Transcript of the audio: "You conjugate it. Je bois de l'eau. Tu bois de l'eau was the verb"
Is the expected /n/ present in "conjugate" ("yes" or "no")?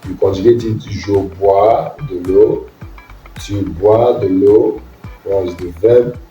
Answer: no